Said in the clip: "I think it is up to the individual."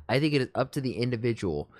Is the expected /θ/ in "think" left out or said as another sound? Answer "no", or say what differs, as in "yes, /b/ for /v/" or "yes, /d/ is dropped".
no